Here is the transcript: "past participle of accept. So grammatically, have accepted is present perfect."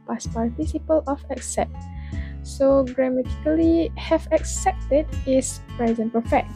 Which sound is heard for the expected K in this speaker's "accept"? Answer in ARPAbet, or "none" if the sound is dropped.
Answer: K